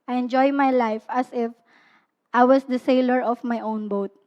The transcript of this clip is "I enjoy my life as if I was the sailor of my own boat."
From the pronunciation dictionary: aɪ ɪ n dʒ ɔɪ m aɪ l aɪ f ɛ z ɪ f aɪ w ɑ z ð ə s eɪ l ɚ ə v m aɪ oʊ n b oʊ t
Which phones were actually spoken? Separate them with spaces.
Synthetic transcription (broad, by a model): aɪ ɪ n dʒ ɔɪ m aɪ l aɪ f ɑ s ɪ f aɪ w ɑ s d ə s eɪ l ɚ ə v m aɪ oʊ n b oʊ t